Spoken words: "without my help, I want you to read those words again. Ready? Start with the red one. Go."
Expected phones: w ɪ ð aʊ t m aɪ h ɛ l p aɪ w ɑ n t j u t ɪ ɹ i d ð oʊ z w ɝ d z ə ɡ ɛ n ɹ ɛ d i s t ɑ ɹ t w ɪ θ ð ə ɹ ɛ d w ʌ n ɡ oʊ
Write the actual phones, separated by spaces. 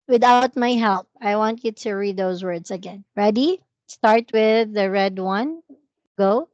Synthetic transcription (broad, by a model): w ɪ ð aʊ t m aɪ h ɛ l p aɪ w ɑ n t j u t ɪ ɹ i d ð oʊ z w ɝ d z ə ɡ ɛ n ɹ ɛ d i s t ɑ ɹ t w ɪ ð ə ɹ ɛ d w ʌ n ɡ oʊ